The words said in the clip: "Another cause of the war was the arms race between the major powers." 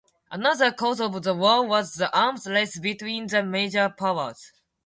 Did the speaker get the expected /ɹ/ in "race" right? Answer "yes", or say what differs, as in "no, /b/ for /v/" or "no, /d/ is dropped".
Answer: no, /l/ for /ɹ/